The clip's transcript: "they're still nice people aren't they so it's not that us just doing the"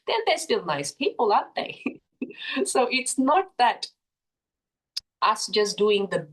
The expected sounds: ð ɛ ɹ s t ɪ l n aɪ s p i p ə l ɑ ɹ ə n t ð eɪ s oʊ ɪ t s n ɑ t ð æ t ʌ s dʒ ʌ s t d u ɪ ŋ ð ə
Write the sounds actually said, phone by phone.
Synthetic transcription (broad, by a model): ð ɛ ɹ s t ɪ l n aɪ s p i p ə l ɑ ə t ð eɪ s oʊ ɪ t s n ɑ t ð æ t ʌ s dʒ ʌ s d u ɪ ŋ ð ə